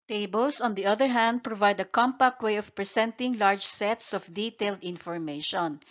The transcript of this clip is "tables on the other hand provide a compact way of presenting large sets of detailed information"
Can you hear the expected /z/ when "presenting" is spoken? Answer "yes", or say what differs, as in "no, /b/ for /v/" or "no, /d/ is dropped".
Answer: no, /s/ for /z/